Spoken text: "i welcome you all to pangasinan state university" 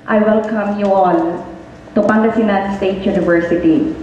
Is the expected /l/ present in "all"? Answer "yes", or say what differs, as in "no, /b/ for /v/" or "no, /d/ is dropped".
no, /n/ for /l/